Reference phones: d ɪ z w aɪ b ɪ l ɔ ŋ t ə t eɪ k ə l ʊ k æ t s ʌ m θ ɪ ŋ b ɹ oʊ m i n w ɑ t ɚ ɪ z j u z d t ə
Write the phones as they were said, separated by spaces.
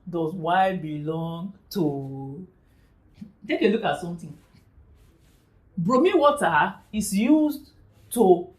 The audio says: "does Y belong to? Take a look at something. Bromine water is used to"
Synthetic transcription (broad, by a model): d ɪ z w aɪ b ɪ l ɔ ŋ t ə t eɪ k ə l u k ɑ t s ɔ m t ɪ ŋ b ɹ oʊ m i w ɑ t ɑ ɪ s j u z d t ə